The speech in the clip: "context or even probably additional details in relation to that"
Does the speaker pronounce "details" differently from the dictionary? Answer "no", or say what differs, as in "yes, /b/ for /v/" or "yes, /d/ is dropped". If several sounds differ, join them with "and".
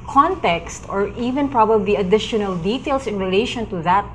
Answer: yes, /s/ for /z/